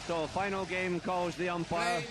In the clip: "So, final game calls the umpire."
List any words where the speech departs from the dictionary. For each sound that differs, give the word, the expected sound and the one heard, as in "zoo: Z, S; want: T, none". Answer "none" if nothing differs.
none